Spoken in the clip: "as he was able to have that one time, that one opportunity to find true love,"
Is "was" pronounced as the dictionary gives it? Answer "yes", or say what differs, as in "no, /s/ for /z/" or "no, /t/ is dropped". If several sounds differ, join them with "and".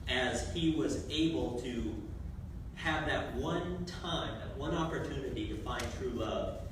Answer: yes